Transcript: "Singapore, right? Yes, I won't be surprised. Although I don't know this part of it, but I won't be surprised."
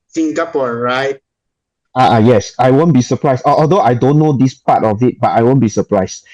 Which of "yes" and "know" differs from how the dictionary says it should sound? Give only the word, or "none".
none